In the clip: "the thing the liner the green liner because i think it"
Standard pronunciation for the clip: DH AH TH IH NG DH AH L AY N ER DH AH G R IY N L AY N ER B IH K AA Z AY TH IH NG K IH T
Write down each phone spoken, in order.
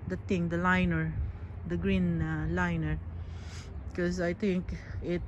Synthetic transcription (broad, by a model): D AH T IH NG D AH L AY N ER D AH G R IY N L AY N ER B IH K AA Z AY T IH NG K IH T